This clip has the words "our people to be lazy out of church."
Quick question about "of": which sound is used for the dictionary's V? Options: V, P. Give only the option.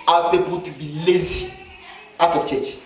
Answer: P